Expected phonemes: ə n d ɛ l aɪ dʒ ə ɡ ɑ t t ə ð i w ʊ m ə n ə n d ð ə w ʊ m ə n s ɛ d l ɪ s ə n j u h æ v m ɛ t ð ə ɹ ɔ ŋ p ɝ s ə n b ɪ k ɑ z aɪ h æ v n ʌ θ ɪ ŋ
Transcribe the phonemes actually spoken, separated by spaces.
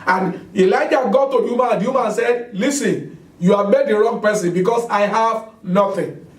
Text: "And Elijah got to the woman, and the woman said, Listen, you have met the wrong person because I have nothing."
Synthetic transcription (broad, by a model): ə n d ɛ l aɪ dʒ ə ɡ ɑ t t ə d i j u m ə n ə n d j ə m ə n s ɛ d l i s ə n j u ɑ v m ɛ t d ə ɹ ɔ ŋ p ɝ s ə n b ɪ k ɑ s aɪ h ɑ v n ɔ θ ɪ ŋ